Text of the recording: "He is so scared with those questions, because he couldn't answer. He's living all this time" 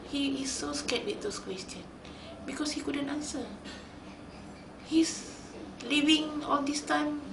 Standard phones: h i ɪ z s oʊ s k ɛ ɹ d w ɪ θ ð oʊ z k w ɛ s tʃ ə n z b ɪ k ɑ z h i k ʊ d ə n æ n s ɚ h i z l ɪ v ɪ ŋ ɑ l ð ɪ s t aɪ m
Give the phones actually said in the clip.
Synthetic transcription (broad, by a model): h i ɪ s oʊ s k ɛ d w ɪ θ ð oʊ s k w ɛ s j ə n b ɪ k ɑ s h i k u d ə n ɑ n s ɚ h i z l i v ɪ ŋ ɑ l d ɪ s t aɪ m